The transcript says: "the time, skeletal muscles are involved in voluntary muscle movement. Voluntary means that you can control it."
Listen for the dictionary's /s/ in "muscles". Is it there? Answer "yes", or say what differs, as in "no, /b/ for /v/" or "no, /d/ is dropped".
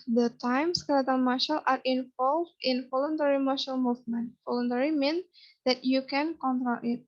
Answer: no, /ʃ/ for /s/